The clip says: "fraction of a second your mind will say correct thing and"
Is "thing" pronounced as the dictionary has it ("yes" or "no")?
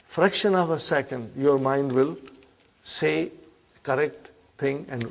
no